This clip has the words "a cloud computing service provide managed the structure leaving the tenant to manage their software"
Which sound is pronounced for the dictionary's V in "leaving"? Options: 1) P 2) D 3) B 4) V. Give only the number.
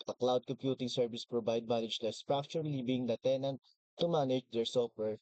3